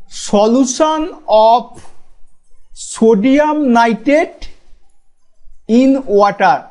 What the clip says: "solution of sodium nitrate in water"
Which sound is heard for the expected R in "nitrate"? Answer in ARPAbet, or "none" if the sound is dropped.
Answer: none